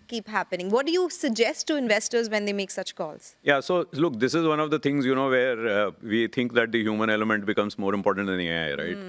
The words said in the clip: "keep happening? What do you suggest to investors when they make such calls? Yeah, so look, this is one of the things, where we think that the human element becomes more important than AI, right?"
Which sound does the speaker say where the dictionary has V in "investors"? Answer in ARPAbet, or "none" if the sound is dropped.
V